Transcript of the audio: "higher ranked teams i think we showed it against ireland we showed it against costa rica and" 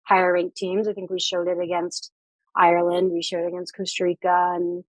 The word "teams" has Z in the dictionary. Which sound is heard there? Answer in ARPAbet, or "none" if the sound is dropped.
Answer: Z